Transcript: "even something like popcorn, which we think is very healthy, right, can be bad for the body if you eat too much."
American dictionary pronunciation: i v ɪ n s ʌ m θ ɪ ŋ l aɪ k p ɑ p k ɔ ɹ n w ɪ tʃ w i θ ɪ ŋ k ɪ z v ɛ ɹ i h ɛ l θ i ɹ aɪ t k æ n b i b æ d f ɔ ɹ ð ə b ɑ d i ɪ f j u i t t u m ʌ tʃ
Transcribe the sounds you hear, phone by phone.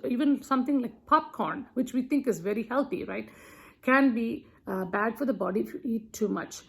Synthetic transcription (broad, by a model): i v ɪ n s ʌ m t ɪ ŋ l aɪ k p ɑ p k ɔ ɹ n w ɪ tʃ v i t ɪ ŋ k ɪ z v ɛ ɹ i h ɛ l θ i ɹ aɪ t k æ n b i b æ d f ɔ ɹ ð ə b ɑ d i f j u i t t u m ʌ tʃ